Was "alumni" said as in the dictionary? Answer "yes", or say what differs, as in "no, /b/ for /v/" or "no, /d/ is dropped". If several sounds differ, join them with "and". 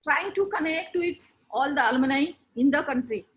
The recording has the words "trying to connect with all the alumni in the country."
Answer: no, /m/ is dropped